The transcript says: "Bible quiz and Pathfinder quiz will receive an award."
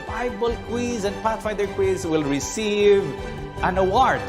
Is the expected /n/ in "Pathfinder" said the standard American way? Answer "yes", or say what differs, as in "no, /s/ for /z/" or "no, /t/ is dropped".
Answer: no, /n/ is dropped